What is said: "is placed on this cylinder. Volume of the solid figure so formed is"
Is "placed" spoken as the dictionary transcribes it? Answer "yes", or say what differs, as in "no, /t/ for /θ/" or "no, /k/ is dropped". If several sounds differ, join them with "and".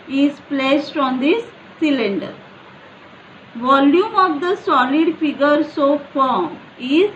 yes